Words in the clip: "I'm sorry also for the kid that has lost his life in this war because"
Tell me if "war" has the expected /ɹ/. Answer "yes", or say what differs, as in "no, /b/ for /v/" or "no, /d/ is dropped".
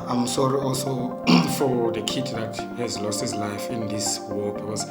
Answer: no, /l/ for /ɹ/